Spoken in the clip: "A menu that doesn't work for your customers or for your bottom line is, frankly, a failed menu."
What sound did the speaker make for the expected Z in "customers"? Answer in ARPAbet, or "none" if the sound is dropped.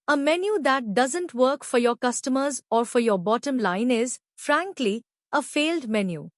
Z